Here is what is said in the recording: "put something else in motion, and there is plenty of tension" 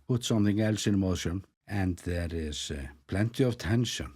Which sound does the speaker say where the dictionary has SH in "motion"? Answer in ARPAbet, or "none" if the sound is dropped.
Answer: SH